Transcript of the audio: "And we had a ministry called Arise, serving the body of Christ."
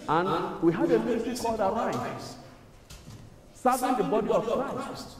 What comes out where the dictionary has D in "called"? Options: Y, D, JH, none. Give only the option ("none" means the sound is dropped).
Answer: D